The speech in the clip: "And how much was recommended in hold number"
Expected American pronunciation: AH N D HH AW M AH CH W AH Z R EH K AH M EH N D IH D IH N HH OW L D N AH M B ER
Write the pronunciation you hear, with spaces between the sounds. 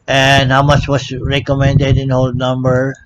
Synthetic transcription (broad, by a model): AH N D HH AW M AH CH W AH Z R EH K AH M EH N D IH D IH N HH OW L D N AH M B ER